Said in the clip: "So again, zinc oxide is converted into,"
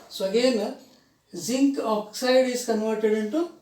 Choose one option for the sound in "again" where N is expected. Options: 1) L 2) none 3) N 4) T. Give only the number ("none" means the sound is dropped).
1